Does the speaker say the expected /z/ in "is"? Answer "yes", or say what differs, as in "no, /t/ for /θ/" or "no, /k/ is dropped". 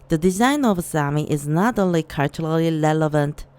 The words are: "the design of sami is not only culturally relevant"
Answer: yes